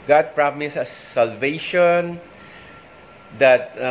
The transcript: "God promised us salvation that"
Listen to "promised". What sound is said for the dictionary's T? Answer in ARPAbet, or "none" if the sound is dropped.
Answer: none